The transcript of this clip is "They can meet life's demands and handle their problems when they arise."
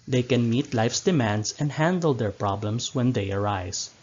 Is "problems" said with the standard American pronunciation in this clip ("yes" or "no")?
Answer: no